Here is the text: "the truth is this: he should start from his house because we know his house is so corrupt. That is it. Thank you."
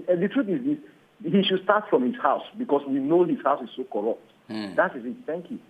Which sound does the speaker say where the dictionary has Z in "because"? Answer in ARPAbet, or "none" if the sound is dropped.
S